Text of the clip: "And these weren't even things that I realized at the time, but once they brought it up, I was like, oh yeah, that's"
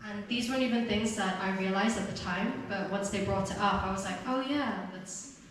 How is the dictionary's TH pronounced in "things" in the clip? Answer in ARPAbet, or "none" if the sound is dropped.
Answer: TH